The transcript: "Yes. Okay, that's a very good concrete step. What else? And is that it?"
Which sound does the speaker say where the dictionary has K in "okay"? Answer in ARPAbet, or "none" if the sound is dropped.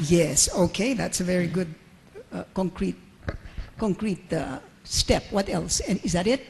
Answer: K